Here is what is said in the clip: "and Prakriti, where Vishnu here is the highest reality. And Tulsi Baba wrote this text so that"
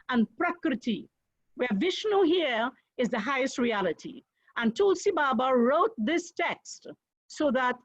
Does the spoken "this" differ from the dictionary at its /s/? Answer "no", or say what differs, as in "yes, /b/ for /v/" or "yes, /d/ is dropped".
no